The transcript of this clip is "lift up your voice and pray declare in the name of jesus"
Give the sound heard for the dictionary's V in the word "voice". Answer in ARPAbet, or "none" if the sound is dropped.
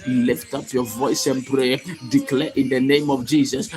V